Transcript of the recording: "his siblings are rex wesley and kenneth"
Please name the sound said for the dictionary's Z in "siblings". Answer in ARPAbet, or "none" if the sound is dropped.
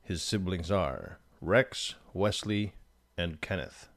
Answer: Z